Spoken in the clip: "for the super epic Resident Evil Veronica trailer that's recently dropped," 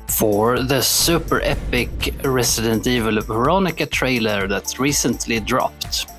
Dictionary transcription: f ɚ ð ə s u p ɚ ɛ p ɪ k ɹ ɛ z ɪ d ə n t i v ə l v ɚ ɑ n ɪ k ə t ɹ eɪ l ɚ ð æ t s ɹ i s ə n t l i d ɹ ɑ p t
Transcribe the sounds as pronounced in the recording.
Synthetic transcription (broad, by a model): f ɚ ð ə s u p ɚ ɛ p ɪ k ɹ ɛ s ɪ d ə n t i v ə l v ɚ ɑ n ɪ k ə t ɹ eɪ l ɚ ð æ t s ɹ i s ə n t l i d ɹ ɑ p t